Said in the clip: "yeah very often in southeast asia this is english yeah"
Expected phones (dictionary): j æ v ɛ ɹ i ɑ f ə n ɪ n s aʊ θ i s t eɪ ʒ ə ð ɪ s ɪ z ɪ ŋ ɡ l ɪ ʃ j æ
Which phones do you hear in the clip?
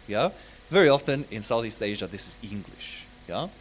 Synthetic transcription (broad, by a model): j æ v ɛ ɹ i ɑ f ə n ɪ n s aʊ θ i s t eɪ ʒ ə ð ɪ s ɪ z ɪ ŋ ɡ l ɪ ʃ j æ